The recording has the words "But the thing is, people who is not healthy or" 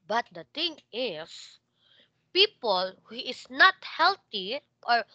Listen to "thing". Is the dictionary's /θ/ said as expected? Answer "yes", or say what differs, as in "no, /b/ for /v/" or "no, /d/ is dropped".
no, /t/ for /θ/